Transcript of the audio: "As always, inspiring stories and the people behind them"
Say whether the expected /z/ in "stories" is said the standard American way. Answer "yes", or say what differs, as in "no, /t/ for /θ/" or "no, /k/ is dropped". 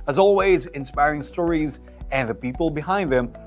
yes